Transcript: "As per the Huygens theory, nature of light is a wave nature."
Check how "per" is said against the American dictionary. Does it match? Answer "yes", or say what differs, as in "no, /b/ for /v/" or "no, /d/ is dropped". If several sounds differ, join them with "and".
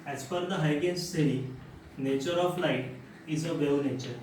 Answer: no, /f/ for /p/